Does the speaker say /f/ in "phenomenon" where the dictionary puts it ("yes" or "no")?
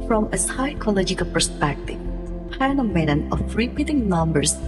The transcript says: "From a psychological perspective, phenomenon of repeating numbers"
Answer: no